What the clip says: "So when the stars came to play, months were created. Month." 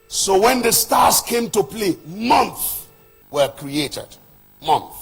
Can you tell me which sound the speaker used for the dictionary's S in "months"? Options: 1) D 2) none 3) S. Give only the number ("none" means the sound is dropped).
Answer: 2